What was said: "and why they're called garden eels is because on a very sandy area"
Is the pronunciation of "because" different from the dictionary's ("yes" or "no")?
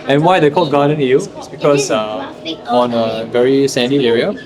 yes